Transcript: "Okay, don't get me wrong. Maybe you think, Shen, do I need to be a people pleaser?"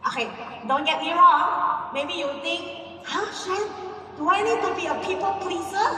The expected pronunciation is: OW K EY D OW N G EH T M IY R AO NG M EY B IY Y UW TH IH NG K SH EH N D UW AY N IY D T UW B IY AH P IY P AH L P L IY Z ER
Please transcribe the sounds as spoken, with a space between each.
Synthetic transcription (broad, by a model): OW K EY D OW N G EH T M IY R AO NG M EY B IY Y UW T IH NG K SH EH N D UW AY N IY D T UW B IY AH P IY P AH L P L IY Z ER